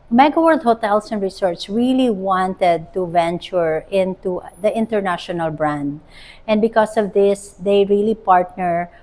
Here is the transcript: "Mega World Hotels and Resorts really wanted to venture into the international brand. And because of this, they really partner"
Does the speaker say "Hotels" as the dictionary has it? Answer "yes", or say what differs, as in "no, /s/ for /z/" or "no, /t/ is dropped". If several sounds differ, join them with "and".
no, /s/ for /z/